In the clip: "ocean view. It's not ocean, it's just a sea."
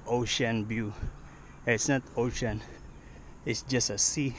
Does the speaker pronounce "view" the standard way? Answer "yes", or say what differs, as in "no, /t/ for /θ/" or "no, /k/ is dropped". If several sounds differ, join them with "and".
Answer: no, /b/ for /v/